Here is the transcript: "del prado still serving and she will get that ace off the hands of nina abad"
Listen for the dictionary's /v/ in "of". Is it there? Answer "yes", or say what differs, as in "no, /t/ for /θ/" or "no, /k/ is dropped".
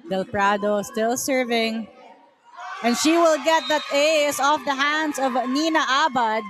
yes